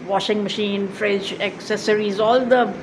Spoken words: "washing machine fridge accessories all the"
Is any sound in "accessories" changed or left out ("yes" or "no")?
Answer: no